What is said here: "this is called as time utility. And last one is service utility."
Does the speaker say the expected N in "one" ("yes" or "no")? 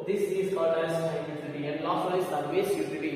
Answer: no